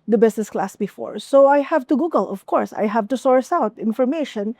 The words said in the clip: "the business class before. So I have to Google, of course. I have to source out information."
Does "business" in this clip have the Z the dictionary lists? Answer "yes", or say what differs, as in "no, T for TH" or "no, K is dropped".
no, S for Z